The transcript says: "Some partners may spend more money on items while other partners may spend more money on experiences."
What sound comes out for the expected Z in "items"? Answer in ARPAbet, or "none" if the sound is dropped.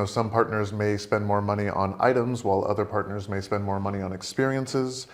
Z